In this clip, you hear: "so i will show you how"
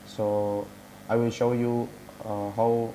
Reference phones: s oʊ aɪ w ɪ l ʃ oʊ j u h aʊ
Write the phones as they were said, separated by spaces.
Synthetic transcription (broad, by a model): s oʊ aɪ w ɪ l ʃ oʊ j u h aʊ